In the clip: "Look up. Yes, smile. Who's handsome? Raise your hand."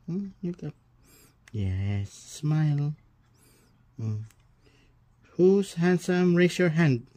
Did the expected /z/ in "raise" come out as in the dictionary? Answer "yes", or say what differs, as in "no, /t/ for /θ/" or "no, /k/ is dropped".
no, /s/ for /z/